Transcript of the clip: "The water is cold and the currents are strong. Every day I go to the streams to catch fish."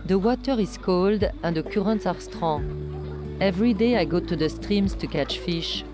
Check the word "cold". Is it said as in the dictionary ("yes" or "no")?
yes